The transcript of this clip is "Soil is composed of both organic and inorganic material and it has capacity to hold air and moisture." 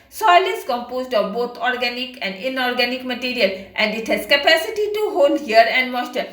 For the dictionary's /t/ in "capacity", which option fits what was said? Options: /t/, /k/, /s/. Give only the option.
/t/